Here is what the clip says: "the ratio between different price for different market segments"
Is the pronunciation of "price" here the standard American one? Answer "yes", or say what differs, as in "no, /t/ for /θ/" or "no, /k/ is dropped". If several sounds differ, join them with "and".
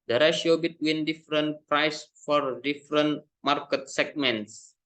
yes